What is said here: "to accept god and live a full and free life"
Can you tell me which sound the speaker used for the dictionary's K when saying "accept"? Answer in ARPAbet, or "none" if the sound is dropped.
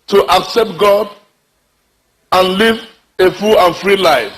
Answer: K